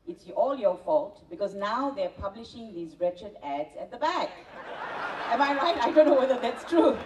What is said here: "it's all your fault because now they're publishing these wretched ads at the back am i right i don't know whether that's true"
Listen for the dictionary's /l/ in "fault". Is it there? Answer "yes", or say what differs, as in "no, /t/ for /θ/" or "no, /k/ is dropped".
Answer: yes